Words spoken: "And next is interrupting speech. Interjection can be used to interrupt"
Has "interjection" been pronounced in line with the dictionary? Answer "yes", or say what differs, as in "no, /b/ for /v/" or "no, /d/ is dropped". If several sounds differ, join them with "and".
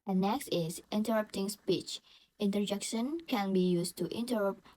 yes